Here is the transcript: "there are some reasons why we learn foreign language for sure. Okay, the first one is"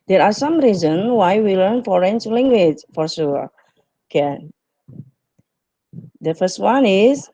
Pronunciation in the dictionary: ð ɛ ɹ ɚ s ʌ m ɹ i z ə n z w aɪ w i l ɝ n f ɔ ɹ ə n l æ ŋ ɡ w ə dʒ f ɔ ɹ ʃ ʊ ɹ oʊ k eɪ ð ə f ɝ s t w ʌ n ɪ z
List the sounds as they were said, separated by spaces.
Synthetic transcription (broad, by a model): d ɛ ɹ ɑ s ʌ m ɹ i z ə n w aɪ w i l ɝ n f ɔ ɹ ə n l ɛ ŋ ɡ w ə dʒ f ɔ ɹ s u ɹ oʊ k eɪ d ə f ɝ s t w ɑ n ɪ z